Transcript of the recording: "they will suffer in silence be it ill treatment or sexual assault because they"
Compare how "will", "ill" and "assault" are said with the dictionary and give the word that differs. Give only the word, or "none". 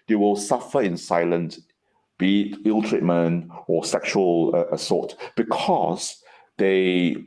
assault